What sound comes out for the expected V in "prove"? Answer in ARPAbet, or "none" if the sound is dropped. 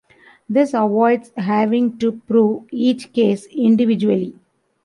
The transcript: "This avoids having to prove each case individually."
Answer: V